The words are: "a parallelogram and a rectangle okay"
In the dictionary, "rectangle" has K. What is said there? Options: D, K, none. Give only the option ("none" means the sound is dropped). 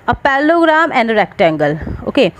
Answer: K